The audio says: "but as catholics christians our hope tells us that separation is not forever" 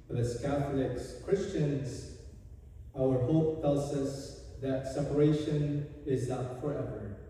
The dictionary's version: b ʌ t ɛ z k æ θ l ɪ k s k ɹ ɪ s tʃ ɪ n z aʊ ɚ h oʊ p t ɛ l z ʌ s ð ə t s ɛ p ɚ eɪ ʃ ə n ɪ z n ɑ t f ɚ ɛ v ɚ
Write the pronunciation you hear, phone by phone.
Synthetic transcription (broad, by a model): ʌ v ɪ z k æ θ l ɪ k s k ɹ ɪ s tʃ ɪ n z aʊ ɚ h oʊ p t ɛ l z ʌ s ð ə t s ɛ p ɚ eɪ ʃ ə n ɪ z n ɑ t f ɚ ɛ v ɚ